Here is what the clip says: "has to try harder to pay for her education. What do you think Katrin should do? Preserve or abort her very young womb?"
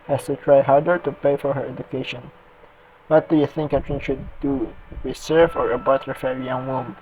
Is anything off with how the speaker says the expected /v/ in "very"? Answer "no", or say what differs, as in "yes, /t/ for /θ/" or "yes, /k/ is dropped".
yes, /f/ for /v/